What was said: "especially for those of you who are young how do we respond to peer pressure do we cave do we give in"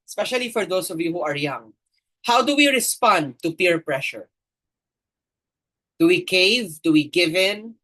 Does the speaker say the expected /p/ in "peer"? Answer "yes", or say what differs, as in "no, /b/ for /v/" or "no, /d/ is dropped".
yes